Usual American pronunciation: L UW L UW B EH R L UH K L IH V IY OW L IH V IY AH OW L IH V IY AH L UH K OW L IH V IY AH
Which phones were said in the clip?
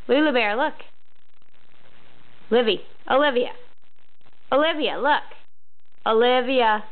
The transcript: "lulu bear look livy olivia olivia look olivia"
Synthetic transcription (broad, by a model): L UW L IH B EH R L UH K L IH V IY OW L IH V IY AH OW L IH V IY AH L UH K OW L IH V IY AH